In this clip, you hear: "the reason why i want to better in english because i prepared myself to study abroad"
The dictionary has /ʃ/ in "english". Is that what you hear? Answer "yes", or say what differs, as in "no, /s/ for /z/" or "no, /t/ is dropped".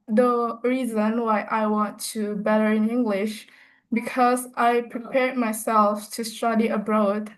yes